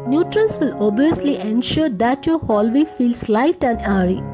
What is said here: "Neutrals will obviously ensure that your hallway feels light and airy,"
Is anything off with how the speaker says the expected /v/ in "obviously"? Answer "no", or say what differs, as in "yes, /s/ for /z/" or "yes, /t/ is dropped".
yes, /v/ is dropped